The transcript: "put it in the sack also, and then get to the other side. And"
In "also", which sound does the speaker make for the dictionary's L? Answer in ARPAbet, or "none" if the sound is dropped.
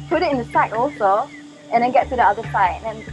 L